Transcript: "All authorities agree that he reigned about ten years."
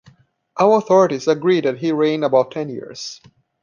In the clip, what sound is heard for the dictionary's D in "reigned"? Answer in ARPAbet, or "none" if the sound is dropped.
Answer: none